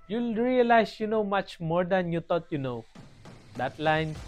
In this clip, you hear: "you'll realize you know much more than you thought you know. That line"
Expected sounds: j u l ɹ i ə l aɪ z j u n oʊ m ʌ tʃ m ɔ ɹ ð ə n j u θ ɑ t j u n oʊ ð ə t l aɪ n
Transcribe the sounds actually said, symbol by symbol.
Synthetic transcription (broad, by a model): j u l ɹ i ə l aɪ s j u n oʊ m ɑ tʃ m ɔ ɹ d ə n j u t ɑ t j u n oʊ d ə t l aɪ n